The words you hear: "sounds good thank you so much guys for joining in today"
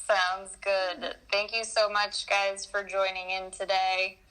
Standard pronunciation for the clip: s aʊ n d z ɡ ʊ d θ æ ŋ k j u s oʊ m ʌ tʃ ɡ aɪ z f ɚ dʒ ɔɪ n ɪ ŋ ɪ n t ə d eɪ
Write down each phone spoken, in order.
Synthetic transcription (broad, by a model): s aʊ n d z ɡ ʊ d θ æ ŋ k j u s oʊ m ʌ tʃ ɡ aɪ z f ɚ dʒ ɔɪ n ɪ ŋ ɪ n t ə d eɪ